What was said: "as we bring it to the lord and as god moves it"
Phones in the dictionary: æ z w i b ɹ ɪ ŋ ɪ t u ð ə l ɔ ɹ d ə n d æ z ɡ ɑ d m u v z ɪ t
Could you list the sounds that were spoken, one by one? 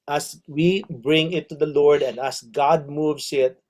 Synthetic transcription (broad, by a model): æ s w i b ɹ ɪ ŋ ɪ t u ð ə l ɔ ɹ d ə n d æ s ɡ ɑ d m u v s ɪ t